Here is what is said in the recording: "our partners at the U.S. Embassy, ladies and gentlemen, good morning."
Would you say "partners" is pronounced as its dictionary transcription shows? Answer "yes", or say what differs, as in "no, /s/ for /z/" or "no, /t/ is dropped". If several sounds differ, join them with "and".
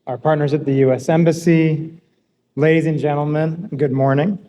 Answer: yes